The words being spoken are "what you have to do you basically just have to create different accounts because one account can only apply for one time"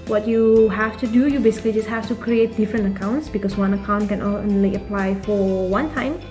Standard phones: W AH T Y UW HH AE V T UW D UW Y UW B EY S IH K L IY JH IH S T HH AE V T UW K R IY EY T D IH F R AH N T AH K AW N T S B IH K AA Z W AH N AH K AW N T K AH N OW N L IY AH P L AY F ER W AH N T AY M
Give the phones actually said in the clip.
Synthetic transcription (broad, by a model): W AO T Y UW HH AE F T UW D UW Y UW B EY S IH K L IY JH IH S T HH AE F T UW K R IY EY T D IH F R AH N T AH K AW N T S B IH K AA S W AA N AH K AW N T K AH N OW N L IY AH P L AY F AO W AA N T AY M